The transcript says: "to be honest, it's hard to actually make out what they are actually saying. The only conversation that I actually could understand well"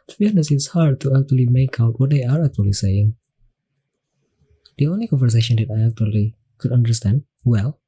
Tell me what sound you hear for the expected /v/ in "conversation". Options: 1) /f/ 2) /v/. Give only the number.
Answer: 2